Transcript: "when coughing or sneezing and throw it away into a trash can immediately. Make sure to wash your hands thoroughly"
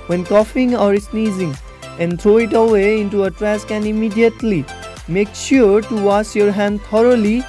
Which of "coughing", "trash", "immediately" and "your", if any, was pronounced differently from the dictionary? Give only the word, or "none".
trash